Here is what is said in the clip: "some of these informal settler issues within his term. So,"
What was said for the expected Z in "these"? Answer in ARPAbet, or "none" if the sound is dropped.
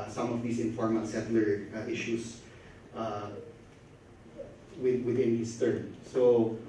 S